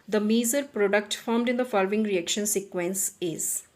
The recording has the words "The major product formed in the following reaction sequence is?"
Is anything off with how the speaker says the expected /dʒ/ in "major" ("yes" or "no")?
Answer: yes